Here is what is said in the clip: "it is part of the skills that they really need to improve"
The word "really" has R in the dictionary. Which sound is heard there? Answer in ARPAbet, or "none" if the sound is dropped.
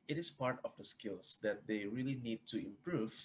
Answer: R